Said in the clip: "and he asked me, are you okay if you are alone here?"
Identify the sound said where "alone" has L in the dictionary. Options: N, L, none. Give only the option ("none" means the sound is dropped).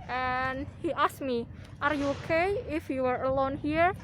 L